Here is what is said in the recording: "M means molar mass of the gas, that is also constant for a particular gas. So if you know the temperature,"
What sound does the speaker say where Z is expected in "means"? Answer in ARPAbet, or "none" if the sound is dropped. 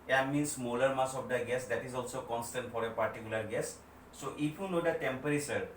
S